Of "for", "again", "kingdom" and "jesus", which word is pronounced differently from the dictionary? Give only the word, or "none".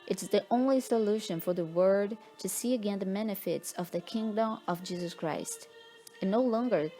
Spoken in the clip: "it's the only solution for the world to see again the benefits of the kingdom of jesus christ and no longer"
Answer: none